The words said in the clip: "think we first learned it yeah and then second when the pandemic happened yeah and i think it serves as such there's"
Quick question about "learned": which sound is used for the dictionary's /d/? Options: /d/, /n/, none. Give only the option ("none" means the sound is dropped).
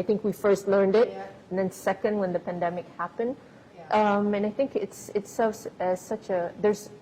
/d/